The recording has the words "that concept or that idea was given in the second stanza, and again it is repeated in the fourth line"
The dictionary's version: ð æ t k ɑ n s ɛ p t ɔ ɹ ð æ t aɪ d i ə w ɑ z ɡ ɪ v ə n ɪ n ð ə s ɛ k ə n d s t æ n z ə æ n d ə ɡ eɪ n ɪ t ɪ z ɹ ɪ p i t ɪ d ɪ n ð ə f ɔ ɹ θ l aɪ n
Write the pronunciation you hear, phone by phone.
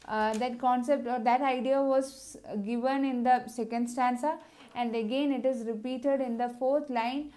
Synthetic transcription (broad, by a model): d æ t k ɑ n s ɛ p t ɔ ɹ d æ t aɪ d i ə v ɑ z ɡ ɪ v ə n ɪ n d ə s ɛ k ə n d s t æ n s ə æ n d ə ɡ eɪ n ɪ t ɪ z ɹ ɪ p i t ɪ d ɪ n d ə f ɔ ɹ t l aɪ n